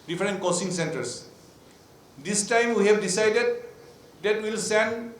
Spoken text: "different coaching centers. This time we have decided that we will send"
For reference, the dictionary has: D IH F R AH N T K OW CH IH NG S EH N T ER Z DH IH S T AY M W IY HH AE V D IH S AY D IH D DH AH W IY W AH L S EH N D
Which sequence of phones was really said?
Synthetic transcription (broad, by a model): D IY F R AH N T K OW S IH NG S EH N T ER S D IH S T AY M W IY HH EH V D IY S AY D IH D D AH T W AH L S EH N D